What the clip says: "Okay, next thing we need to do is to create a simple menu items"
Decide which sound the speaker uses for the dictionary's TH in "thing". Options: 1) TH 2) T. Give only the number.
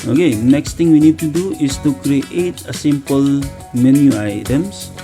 2